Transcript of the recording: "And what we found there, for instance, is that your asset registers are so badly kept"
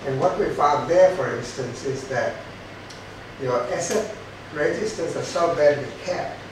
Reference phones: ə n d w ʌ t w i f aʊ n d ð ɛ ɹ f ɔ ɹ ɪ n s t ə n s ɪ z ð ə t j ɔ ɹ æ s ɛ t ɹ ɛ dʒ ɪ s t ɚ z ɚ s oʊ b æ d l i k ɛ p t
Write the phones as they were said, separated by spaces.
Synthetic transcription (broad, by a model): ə n w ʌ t w i f aʊ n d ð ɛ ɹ f ɔ ɹ ɪ n s t ə n s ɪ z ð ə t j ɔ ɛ s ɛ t ɹ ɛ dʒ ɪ s t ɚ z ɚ s oʊ b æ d w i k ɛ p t